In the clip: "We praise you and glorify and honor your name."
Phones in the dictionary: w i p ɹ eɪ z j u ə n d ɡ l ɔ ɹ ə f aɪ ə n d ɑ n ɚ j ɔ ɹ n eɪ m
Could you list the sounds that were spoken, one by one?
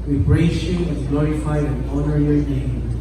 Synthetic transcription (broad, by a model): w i b ɹ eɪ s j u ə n ɡ l ɔ ɹ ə f aɪ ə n ɑ n ɚ j ɔ ɹ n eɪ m